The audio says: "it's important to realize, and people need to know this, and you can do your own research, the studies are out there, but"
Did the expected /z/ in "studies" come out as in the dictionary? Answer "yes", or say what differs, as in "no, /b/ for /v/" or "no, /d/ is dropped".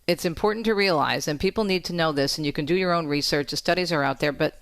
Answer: yes